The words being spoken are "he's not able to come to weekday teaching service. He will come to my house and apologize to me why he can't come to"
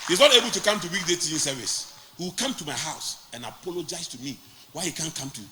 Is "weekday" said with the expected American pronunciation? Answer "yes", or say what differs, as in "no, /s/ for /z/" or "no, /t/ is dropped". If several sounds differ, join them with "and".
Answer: yes